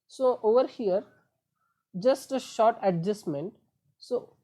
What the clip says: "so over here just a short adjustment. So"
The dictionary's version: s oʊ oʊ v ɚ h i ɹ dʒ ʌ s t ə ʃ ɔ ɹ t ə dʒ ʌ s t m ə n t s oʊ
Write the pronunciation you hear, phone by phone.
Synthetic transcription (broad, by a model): s oʊ oʊ v ɚ h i ɹ dʒ ʌ s t ə ʃ ɔ ɹ t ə dʒ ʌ s m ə n t s oʊ